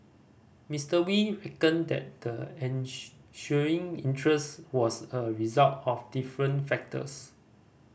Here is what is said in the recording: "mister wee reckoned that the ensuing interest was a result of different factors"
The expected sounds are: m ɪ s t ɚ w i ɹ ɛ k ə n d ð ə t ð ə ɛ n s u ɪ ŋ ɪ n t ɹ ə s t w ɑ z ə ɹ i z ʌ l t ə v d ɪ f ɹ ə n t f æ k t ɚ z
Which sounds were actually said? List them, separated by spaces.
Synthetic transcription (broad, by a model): m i s t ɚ w i ɹ ɛ k ə n d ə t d ə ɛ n ʃ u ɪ ŋ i n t ɹ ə s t w ɑ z ə ɹ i z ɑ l t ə f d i f ɹ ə n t f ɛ k t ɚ s